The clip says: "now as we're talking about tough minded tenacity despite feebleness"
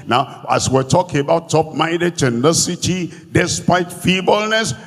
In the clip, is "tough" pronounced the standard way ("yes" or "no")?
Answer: no